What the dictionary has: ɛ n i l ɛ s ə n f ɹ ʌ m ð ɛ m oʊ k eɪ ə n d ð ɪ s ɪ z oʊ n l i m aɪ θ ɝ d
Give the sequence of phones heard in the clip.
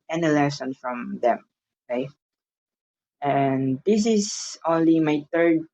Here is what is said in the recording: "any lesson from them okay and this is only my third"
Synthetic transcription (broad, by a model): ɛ n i l ɛ s ə n f ɹ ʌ m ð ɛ m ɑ ɪ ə n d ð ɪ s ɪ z oʊ n l i m aɪ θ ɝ d